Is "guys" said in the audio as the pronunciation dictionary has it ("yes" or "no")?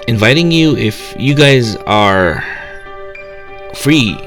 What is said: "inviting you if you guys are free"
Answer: yes